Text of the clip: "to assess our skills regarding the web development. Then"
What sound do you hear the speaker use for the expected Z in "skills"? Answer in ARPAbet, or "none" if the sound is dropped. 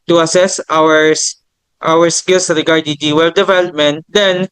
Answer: S